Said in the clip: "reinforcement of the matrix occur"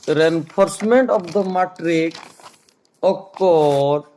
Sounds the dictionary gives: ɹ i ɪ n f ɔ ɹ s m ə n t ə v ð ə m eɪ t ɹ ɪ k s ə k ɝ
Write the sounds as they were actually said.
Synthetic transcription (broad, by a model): ɹ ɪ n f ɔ ɹ s m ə n t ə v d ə m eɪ t ɹ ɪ k ə k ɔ